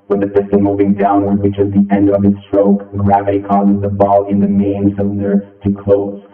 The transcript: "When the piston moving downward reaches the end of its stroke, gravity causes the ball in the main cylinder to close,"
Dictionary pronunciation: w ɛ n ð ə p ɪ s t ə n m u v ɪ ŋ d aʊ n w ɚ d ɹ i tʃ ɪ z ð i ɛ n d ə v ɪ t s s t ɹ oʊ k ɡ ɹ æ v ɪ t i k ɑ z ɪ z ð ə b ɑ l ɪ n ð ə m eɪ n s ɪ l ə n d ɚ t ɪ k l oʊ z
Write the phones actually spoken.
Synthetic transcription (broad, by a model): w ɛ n ð ə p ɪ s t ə m u v ɪ ŋ d aʊ n w ɚ d w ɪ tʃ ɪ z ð i ɛ n d ə v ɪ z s s t ɹ oʊ k ɡ ɹ æ v ɪ t i k ɑ z ɪ z ð ə b ɑ l ɪ n ð ə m eɪ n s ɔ ə n ɚ t ɪ k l oʊ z